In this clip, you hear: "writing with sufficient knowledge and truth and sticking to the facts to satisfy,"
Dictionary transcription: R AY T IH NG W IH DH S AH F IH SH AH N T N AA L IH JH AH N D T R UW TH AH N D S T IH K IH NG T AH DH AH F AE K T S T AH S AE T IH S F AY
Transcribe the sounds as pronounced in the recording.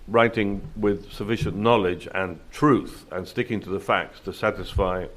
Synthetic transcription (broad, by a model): R AY T IH NG W IH DH S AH F IH SH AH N N AA L IH JH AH N T R UW TH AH N S T IH K IH NG T AH DH AH F AE K T S T AH S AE T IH S F AY